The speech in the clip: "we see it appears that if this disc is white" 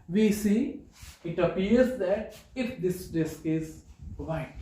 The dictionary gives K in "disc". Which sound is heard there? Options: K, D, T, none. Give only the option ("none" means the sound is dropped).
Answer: K